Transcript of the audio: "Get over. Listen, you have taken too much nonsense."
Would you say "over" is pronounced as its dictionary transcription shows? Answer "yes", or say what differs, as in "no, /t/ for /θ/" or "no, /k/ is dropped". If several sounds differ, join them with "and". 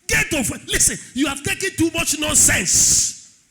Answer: no, /f/ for /v/